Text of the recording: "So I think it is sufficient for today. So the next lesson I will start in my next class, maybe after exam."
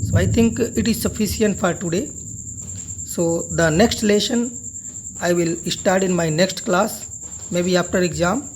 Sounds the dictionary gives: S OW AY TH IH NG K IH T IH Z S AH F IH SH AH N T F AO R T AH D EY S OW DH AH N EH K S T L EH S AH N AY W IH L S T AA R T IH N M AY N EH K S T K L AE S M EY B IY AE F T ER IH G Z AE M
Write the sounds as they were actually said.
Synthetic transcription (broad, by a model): S OW AY T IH NG K IH T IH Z S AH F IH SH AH N T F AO R T AH D EY S OW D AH N EH K S T L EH SH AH N AY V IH L S T AA R T IH N M AY N EH K S T K L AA S M EY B IY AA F T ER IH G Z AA M